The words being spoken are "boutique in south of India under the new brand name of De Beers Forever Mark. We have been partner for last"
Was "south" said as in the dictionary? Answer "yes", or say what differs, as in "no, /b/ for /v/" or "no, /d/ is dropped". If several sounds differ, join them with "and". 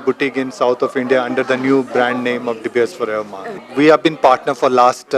no, /t/ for /θ/